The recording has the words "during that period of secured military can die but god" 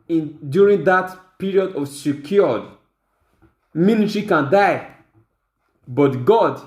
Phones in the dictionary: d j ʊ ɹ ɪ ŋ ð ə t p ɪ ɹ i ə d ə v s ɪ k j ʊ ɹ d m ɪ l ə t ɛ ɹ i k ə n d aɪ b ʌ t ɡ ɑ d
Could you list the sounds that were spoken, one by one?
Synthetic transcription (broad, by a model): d j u ɹ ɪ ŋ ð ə t p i ɹ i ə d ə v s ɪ k j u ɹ d m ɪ n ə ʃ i k ə n d aɪ b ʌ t ɡ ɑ d